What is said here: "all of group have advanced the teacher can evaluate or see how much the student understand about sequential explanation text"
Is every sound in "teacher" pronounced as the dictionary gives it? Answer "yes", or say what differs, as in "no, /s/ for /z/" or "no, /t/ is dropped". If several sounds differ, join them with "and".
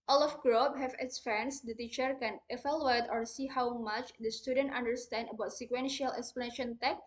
yes